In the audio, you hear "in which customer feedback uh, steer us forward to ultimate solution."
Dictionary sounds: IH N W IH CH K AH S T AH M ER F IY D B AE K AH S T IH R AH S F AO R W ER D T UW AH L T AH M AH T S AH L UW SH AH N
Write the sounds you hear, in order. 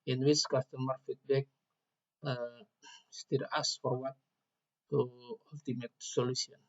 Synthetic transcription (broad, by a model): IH N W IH S K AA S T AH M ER F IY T B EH K AH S T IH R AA S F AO R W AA T UW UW L T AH M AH T S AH L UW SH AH N